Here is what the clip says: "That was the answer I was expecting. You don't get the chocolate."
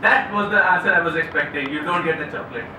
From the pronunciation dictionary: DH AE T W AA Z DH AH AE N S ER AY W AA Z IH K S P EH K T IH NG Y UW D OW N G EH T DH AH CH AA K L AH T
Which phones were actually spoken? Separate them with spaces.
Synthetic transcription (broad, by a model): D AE T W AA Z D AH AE S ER AY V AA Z IH K S P EH K T IH NG Y UW D OW N G EH T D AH CH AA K L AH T